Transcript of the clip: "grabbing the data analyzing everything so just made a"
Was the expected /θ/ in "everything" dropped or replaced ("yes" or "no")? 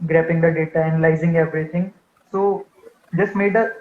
yes